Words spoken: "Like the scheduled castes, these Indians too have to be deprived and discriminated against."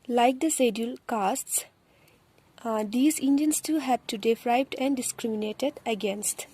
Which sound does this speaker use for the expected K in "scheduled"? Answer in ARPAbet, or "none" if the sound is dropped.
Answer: none